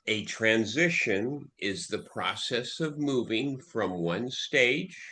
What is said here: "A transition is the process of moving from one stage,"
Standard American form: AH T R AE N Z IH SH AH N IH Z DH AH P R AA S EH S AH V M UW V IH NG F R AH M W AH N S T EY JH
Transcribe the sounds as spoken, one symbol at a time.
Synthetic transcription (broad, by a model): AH T R AE N Z IH SH AH N IH Z DH AH P R AA S EH S AH V M UW V IH NG F R AH M W AH N S T EY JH